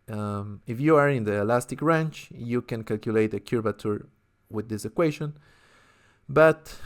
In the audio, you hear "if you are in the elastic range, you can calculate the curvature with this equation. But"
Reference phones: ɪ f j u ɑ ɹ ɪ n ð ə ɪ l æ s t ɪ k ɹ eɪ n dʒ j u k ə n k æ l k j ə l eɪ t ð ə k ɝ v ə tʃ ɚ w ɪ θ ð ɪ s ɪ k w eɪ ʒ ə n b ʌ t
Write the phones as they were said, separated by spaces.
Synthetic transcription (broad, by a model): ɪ f j u ɑ ɹ ɪ n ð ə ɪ l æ s t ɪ k ɹ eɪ n tʃ j u k ə n k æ l k j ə l eɪ t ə k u b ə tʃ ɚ w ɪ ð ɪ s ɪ k w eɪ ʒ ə n b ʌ t